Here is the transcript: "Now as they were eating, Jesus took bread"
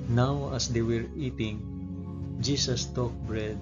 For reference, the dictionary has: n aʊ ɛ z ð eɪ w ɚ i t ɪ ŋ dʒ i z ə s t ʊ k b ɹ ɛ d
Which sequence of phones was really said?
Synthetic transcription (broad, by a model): n aʊ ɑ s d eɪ w ɚ i t ɪ ŋ dʒ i s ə s t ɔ k b ɹ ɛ d